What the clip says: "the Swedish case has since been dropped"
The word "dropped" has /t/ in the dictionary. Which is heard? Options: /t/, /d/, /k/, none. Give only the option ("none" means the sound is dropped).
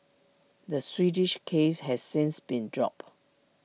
none